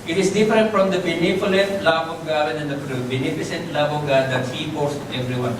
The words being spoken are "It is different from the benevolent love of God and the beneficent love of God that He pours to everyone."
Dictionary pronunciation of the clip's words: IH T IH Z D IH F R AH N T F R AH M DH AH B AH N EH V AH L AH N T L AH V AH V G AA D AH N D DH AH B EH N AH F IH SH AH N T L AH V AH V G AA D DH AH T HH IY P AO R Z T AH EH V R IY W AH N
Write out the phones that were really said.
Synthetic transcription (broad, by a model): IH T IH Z D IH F R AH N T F R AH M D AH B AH N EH F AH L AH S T L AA B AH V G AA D AH N D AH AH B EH N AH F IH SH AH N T L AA B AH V G AA D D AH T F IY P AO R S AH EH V R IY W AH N